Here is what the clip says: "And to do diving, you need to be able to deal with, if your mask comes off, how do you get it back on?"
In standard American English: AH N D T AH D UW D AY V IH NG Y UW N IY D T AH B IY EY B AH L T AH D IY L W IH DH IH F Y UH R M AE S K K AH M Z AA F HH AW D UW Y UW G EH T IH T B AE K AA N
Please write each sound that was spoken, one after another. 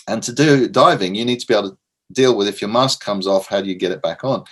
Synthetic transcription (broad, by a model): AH N T AH D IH D AY V IH NG Y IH N IY D T AH B IY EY AH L T AH D IY L W IH DH IH F Y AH R M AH S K K AH M Z AA F HH AW D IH Y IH G EH T IH T B AE K N